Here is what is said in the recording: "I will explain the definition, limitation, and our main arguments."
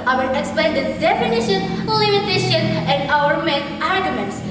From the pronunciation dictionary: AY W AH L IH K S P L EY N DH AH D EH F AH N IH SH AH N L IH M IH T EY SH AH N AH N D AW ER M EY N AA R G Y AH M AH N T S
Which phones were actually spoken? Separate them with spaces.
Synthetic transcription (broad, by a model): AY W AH N IH K S P L EY N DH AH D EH F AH N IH SH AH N L IH M IH T EY SH AH N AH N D AW ER M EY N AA R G Y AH M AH N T S